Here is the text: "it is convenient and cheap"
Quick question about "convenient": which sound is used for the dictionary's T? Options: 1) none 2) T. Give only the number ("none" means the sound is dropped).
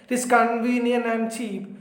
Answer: 1